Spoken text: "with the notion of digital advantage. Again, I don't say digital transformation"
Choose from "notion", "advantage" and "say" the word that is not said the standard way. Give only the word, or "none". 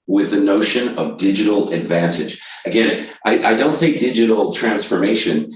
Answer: none